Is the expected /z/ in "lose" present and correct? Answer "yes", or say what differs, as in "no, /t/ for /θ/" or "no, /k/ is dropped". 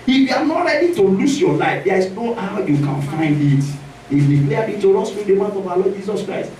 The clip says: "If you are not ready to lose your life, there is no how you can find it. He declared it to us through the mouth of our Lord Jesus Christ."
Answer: no, /s/ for /z/